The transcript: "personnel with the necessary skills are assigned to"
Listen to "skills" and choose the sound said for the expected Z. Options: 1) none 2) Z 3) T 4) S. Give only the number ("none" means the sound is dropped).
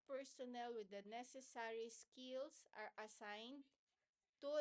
4